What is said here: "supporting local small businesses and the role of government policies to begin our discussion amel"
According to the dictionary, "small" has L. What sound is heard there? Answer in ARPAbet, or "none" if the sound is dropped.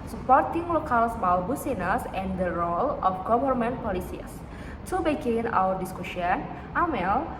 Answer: W